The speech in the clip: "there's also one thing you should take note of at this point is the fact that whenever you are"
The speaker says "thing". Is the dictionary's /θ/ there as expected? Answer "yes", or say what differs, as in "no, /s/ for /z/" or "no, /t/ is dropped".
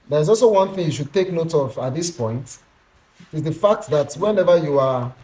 yes